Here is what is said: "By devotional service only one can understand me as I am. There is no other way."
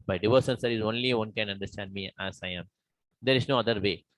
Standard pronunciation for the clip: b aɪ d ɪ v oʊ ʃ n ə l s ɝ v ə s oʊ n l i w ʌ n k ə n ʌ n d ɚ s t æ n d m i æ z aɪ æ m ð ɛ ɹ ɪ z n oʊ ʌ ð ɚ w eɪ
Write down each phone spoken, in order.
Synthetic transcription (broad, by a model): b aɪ d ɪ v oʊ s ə n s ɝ ə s oʊ n l i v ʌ n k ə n ʌ n d ɚ s t æ n d m i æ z aɪ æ m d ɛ ɹ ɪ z n oʊ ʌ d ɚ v eɪ